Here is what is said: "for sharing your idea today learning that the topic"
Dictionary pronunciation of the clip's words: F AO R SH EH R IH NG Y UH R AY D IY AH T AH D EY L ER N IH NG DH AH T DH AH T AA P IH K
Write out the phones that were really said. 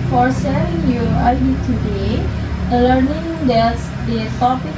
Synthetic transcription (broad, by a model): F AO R S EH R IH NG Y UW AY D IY T AH D EY L ER N IH NG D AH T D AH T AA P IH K